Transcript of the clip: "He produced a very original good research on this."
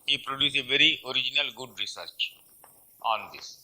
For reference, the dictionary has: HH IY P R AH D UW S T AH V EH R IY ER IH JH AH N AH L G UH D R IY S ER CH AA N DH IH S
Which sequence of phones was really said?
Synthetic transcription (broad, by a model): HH IY P R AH D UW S AH V EH R IY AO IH JH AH N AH L G UH D R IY S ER CH AA N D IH S